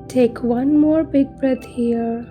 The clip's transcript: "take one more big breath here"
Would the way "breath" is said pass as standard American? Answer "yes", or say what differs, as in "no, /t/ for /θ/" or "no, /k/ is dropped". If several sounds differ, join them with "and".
no, /t/ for /θ/